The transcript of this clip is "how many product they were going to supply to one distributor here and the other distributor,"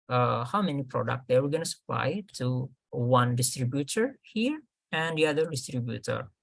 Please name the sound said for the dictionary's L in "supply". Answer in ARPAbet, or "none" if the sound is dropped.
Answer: L